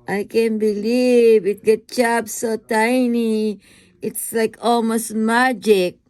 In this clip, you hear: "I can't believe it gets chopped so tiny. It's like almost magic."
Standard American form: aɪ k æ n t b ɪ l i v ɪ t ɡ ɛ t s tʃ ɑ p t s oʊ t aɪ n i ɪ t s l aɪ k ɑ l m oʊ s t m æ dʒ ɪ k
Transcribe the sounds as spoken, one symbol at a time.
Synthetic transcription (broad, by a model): aɪ k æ n b ɪ l i v ɪ t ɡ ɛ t tʃ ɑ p s oʊ t aɪ n i ɪ t s l aɪ k ɑ l m oʊ s t m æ dʒ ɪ k